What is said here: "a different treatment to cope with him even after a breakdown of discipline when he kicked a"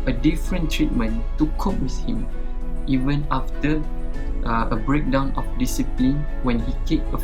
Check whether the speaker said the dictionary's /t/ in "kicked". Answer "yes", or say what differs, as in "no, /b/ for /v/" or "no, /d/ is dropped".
no, /t/ is dropped